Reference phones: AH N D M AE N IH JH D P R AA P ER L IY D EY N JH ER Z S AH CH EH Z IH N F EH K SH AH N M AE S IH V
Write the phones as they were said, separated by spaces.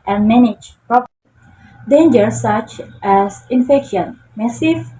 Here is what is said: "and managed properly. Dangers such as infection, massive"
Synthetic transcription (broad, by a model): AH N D M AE N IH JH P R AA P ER D EY N JH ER S AH CH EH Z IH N F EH K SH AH N M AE S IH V